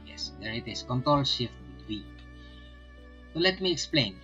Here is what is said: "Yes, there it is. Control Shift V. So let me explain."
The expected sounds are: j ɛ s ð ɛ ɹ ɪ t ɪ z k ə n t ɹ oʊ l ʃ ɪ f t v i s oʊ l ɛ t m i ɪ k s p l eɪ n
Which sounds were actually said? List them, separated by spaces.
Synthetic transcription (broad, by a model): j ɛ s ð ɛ ɹ ɪ t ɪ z k ə n t ɹ oʊ l ʃ ɪ f t w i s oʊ l ɛ t m i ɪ k s p l eɪ n